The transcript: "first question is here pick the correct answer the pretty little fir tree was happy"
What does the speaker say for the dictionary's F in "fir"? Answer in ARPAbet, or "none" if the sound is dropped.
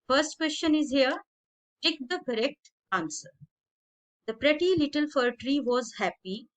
F